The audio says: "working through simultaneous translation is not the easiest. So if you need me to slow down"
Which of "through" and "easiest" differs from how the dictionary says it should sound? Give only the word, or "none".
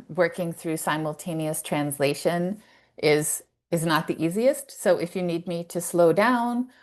none